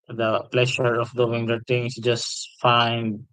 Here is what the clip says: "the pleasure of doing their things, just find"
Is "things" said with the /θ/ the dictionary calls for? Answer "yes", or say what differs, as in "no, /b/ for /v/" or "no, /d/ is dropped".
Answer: no, /t/ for /θ/